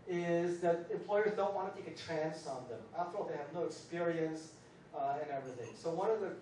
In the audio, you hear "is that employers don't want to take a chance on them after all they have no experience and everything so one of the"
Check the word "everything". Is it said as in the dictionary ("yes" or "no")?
yes